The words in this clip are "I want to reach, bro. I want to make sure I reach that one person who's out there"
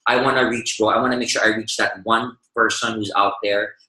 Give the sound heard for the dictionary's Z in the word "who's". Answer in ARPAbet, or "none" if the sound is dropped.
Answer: Z